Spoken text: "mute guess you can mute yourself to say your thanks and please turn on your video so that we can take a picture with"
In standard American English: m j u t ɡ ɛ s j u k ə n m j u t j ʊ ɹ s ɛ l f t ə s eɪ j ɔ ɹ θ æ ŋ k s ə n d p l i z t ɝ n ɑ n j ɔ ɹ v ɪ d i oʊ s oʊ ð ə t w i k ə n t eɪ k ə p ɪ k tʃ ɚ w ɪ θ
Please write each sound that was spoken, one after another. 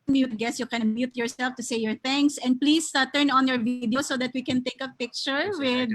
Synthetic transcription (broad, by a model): m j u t ɡ ɛ s j u k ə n m j u t j ʊ ɹ s ɛ l f t ə s eɪ j ɔ ɹ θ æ ŋ k s ə n d p l i s t ɝ n ɑ n j ɔ ɹ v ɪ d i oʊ s oʊ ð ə t w i k ə n t eɪ k ə p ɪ k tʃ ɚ w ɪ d